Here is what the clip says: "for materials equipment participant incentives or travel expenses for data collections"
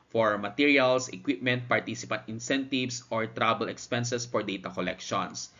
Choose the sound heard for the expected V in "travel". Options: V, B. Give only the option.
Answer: B